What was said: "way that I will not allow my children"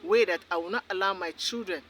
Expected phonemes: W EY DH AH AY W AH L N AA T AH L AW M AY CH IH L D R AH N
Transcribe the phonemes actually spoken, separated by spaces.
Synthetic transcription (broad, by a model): W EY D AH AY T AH W N AA T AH L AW M AY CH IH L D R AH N